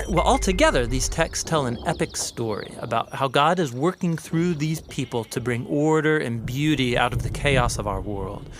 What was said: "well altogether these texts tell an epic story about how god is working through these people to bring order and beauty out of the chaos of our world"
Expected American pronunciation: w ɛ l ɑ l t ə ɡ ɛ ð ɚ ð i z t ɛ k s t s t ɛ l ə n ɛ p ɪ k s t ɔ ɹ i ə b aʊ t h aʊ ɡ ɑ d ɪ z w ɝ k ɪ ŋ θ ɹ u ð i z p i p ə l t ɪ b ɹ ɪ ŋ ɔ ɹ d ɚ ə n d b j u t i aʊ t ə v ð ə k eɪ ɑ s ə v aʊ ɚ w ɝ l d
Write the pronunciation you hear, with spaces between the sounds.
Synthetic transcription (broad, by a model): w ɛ l ɑ l t ə ɡ ɛ ð ɚ ð i z t ɛ k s s t ɛ l ə n ɛ p ɪ k s t ɔ ɹ i ə b aʊ t h aʊ ɡ ɑ d ɪ z w ɝ k ɪ ŋ θ ɹ u ð i z p i p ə l t ɪ b ɹ ɪ ŋ ɔ ɹ d ɚ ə n b j u t i aʊ t ə v ð ə k eɪ ɑ s ə v aʊ ɚ w ɝ l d